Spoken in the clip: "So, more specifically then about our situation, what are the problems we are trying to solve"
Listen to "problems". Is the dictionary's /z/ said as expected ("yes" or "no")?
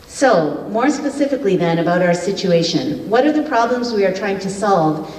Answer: yes